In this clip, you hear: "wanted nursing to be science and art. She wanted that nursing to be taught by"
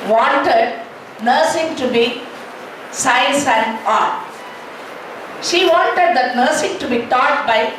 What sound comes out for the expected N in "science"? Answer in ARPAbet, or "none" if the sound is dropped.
none